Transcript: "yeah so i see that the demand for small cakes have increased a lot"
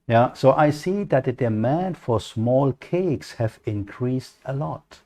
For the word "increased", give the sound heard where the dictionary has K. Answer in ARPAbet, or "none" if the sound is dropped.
K